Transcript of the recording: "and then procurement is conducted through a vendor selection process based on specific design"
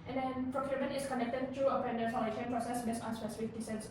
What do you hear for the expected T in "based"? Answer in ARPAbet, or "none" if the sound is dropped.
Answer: none